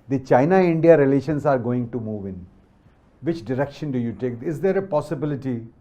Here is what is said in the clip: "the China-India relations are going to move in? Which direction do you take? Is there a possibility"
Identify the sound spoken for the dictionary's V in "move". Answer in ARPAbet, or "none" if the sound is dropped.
V